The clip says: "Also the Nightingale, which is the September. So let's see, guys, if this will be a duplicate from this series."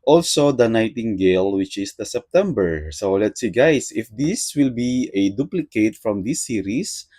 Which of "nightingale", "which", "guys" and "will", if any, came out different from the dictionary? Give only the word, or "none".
guys